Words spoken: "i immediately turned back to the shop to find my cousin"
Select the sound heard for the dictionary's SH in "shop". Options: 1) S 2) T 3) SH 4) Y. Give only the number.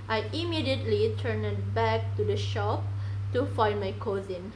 3